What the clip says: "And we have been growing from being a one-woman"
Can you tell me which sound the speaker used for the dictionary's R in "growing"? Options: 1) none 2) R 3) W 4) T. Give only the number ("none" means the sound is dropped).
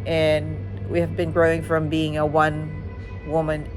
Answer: 2